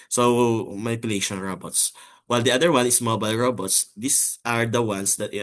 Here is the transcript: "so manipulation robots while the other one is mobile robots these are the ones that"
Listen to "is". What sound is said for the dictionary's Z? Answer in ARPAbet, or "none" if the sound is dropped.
S